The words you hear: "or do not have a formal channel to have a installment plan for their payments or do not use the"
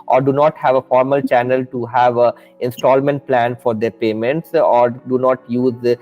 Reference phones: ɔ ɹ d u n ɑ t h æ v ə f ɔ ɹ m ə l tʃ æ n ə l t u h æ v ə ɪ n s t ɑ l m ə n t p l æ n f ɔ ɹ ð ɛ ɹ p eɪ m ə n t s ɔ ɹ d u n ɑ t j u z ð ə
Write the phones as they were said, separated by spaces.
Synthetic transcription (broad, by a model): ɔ ɹ d u n ɑ t h æ v ə f ɔ ɹ m ə l tʃ æ n ə l t u h æ v ə ɪ n s t ɑ l m ə n t p l æ n f ɔ ɹ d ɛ ɹ p eɪ m ə n t s ɔ ɹ d u n ɑ t j u z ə